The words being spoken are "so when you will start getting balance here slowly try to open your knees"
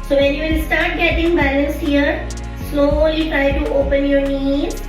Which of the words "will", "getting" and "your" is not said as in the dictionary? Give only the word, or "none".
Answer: will